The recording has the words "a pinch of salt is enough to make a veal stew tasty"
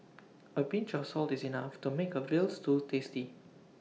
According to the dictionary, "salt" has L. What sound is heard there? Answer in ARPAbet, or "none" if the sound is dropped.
L